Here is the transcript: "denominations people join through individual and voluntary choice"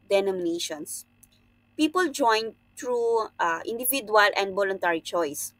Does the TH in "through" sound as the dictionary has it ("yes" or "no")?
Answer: no